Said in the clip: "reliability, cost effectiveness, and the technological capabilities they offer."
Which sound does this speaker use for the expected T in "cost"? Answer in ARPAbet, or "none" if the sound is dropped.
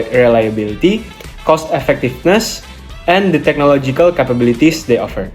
T